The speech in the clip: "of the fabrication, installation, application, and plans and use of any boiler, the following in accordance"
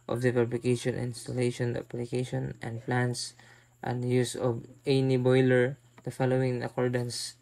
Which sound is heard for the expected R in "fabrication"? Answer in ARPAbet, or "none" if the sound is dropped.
L